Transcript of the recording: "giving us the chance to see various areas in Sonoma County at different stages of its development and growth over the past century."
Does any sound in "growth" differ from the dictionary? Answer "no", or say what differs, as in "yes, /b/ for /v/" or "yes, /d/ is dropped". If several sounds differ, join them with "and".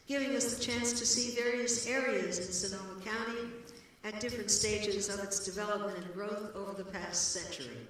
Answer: no